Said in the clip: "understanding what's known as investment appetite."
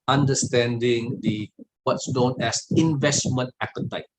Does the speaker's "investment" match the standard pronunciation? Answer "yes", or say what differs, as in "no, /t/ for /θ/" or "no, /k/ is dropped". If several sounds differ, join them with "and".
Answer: yes